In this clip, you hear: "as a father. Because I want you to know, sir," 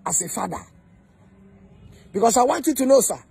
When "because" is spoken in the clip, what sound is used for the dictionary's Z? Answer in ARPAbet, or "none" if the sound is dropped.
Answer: S